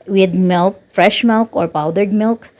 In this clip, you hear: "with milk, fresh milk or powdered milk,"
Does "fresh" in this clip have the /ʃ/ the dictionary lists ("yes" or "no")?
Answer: yes